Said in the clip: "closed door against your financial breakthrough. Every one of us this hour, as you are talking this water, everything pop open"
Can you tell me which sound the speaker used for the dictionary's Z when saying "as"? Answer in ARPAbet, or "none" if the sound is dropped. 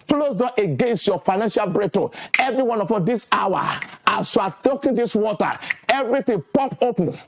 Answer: S